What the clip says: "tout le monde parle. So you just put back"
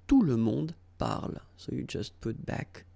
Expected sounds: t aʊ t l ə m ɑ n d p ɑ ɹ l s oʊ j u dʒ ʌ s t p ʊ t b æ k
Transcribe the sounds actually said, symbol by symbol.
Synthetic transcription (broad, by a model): t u l ə m ɑ d p ɑ ɹ l s oʊ j u dʒ ʌ s t p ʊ t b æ k